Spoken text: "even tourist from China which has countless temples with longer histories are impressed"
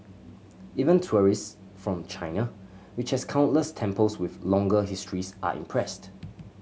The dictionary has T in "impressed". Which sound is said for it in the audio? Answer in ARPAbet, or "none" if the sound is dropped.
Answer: T